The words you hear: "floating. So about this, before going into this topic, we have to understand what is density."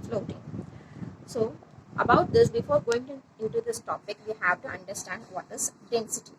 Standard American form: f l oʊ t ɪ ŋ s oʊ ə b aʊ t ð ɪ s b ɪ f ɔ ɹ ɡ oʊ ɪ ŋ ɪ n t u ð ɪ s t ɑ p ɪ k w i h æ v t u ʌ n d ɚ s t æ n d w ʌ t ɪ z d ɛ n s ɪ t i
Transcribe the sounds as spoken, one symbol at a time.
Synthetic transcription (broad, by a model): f l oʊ t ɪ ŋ s oʊ ə b aʊ t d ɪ s b ɪ f ɔ ɹ ɡ oʊ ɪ ŋ ɪ n t u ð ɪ s t ɑ p ɪ k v i h æ v t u ʌ n d ɚ s t æ n d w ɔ t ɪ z d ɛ n s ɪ t i